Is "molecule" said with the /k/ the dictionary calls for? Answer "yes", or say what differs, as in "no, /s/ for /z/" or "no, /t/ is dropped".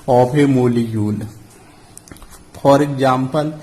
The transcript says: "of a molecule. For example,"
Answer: no, /k/ is dropped